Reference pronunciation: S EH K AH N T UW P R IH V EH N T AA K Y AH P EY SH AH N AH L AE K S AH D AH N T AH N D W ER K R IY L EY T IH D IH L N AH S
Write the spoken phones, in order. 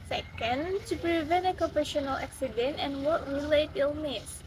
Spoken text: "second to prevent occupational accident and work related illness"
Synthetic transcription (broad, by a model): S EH K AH N T UW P R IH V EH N AA K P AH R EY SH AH N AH L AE K S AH D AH N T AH N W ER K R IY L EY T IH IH L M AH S